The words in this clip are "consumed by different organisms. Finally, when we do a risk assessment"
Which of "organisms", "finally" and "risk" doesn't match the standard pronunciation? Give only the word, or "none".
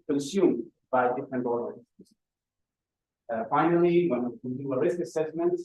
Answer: organisms